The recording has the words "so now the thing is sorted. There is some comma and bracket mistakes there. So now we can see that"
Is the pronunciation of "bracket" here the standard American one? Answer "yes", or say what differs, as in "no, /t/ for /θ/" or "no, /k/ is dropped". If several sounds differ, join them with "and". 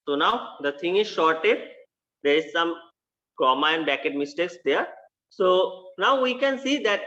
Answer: no, /ɹ/ is dropped